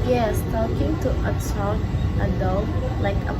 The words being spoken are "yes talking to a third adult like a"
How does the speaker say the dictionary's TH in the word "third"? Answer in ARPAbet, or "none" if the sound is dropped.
S